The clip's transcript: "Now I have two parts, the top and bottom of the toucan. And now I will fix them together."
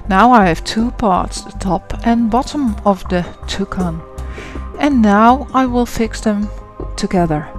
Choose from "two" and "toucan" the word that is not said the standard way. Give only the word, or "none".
none